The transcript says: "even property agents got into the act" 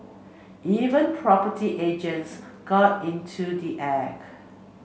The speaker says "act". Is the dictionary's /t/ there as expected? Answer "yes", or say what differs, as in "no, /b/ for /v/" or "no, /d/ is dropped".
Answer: no, /t/ is dropped